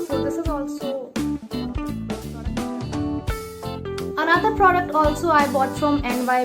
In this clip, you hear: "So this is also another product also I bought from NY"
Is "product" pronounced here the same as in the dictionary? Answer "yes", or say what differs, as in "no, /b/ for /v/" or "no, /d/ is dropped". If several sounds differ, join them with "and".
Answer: yes